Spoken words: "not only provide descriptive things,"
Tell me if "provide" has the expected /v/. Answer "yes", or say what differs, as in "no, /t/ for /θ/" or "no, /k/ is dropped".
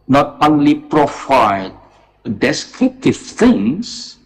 no, /f/ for /v/